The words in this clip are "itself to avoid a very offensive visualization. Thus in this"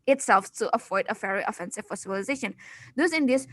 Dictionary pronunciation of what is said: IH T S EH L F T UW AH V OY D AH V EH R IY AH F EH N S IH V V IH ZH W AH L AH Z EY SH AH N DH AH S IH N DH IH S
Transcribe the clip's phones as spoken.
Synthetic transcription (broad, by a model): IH T S EH L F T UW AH F OY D AH F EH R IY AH F EH N S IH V F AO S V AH L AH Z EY SH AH N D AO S IH N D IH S